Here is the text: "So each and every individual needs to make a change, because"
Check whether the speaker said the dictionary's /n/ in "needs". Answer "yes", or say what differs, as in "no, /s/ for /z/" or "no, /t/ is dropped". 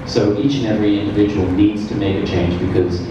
yes